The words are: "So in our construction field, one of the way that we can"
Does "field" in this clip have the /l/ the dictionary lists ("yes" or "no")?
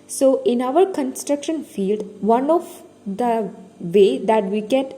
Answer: yes